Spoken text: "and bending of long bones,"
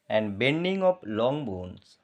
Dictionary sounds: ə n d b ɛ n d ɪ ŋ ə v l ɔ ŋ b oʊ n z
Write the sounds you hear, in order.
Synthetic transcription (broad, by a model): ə n d b ɛ n d ɪ ŋ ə p l ɔ ŋ b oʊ n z